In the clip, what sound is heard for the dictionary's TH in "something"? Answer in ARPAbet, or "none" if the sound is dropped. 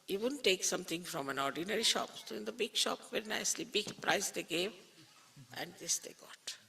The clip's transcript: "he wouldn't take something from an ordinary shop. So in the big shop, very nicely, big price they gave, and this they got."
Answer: T